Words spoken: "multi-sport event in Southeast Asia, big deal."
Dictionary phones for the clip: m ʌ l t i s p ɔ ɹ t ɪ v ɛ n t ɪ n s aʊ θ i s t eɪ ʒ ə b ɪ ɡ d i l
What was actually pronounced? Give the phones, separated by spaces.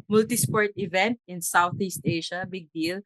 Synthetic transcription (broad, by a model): m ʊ l t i s p ɔ ɹ t ɪ v ɛ n t ɪ n s aʊ θ i s t eɪ ʃ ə b ɪ ɡ d i l